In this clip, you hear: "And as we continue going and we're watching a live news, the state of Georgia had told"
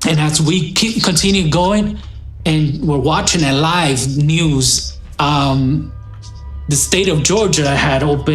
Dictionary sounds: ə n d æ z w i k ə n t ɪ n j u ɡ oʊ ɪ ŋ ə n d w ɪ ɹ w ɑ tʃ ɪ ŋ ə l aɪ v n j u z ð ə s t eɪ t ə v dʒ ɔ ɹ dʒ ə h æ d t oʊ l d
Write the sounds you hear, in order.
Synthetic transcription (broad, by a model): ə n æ s w i k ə n t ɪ n j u ɡ oʊ ɪ ŋ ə n w ɪ ɹ w ɑ tʃ ɪ ŋ ə l aɪ v n j u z ð ə s t eɪ t ə v dʒ ɔ ɹ dʒ ə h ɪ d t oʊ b